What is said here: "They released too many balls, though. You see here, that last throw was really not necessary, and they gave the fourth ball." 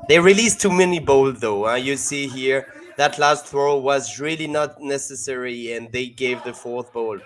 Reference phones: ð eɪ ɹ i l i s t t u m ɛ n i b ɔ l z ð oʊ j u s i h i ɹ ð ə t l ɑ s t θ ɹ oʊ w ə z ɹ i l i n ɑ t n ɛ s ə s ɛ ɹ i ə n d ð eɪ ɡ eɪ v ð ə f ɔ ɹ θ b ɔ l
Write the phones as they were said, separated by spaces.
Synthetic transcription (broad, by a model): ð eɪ ɹ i l i s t t u m ɛ n i b ɔ l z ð oʊ j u s i h i ɹ ð ə t l ɑ s t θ ɹ oʊ w ə z ɹ i l i n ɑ t n ɛ s ə s ɛ ɹ i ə n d ð eɪ ɡ eɪ v ð ə f ɔ ɹ θ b ɔ l